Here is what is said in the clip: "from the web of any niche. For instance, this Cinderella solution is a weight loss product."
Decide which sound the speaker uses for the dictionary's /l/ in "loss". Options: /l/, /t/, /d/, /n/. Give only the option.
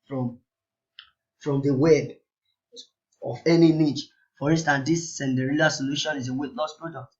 /n/